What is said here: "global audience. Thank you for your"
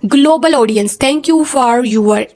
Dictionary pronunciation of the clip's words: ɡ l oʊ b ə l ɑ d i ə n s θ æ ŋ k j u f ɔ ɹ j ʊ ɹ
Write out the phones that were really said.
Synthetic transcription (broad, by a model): ɡ l oʊ b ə l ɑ d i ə n s t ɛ ŋ k j u f ɔ ɹ j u ɹ